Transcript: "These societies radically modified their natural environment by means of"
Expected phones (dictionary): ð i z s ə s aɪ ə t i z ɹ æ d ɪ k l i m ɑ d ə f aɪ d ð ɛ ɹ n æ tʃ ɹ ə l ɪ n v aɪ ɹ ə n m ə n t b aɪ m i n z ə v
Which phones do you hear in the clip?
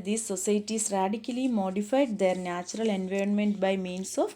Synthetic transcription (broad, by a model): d i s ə s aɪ t i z ɹ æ d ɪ k l i m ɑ d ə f aɪ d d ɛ ɹ n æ tʃ ɹ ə l ɪ n v aɪ ɹ ə n m ə n t b aɪ m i n s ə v